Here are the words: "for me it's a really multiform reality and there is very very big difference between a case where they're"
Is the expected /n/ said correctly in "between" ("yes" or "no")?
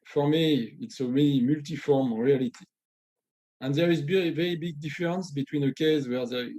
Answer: yes